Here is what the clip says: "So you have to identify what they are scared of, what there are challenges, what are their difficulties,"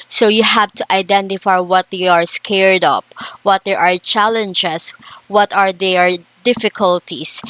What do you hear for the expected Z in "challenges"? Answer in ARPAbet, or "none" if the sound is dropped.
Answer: S